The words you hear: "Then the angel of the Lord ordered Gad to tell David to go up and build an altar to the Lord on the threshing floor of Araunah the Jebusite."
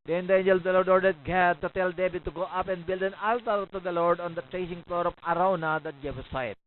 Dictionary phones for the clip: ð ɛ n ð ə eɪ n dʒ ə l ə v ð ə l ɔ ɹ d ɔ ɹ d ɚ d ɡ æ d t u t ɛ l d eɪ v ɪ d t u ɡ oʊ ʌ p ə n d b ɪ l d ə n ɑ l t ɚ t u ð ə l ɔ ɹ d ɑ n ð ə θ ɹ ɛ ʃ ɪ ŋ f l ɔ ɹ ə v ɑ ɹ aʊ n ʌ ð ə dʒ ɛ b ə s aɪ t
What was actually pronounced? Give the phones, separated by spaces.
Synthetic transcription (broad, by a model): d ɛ n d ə eɪ n dʒ ə l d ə l ɔ ɹ d ɔ ɹ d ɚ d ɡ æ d t u t ɛ l d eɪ b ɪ t u ɡ oʊ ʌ p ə n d b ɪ l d ə n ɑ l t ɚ t u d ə l ɔ ɹ d ɑ n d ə t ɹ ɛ s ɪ ŋ f l ɔ ɹ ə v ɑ ɹ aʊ n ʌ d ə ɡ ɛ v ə s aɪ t